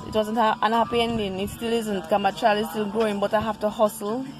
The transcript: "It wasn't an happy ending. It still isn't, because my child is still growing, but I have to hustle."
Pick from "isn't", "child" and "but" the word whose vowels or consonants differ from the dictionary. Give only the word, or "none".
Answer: child